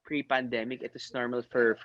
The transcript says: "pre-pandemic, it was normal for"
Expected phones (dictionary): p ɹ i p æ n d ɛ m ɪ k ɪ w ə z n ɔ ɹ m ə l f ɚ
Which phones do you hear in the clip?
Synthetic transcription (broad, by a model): p ɹ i p æ n d ɛ m ɪ k ɪ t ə s n ɔ ɹ m ə l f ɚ